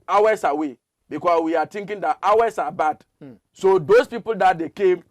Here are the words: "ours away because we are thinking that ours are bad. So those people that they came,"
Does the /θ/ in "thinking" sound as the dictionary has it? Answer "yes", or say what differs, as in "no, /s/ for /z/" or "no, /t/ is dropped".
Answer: no, /t/ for /θ/